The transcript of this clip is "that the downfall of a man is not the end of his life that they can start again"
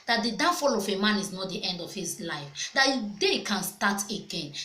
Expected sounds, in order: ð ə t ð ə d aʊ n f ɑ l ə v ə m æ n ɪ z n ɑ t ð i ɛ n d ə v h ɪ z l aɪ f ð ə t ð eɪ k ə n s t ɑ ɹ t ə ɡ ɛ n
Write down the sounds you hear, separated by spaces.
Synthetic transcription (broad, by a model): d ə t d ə d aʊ f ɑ l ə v ə m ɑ n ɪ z n ɑ t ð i ɛ n d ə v h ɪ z l aɪ f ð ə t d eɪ k ə n s t ɑ t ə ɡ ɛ n